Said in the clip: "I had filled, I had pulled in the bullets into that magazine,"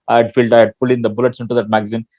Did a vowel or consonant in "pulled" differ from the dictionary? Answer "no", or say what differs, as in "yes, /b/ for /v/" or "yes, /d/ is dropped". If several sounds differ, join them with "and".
yes, /f/ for /p/ and /d/ is dropped